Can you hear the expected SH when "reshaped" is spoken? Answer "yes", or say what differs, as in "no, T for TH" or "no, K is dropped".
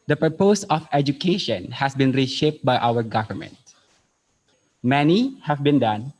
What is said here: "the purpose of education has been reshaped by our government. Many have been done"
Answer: yes